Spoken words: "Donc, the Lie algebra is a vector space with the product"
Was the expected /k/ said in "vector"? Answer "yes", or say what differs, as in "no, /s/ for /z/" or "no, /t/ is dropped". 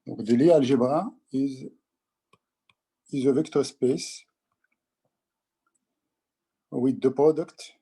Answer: yes